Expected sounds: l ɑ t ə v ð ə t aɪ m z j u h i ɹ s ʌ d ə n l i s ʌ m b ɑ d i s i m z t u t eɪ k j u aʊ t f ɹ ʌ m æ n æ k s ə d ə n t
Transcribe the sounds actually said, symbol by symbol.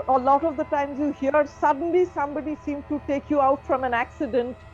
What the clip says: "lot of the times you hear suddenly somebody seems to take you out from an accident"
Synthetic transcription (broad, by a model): l ɑ t ə v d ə t aɪ m z j u h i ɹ s ʌ d ə n l i s ʌ m b ɑ d i s i m t u t eɪ k j u aʊ t f ɹ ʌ m æ n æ k s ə d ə n t